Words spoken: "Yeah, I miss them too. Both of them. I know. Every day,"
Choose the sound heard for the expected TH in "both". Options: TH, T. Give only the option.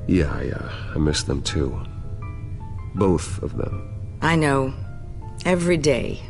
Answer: TH